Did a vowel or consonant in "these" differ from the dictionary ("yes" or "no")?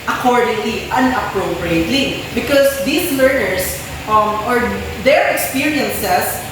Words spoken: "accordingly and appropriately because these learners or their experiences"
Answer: yes